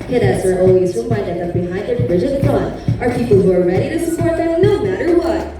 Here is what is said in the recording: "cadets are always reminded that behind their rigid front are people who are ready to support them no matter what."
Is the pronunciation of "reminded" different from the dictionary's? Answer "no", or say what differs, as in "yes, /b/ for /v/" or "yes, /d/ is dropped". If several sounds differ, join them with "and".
yes, /n/ is dropped